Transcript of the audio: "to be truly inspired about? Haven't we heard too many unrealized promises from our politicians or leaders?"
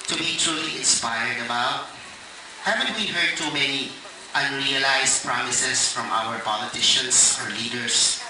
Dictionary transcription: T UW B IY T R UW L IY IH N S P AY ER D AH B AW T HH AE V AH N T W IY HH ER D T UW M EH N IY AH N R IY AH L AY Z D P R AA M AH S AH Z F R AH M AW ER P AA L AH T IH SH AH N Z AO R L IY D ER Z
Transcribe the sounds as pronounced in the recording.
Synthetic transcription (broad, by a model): T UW B IY T R UW L IY IH N S P AY ER D AH B AW T HH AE V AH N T W IY HH ER D T UW M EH N IY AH N R IY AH L AY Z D P R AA M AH S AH S F R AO M AW ER P AA L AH T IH SH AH N S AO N L IY D ER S